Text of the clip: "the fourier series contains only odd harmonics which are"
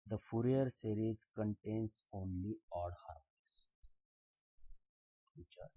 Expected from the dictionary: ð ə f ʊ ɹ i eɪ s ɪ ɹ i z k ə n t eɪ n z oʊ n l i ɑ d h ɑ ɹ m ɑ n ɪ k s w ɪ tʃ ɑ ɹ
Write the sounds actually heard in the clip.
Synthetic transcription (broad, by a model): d ə f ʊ ɹ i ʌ s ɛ ɹ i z k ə n t eɪ n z oʊ n l i ɑ d h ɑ ɹ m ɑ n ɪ s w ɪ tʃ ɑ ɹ